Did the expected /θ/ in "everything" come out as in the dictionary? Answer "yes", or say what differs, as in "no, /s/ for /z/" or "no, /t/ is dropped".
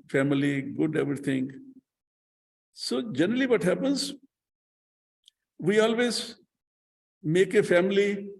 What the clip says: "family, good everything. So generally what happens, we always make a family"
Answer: no, /t/ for /θ/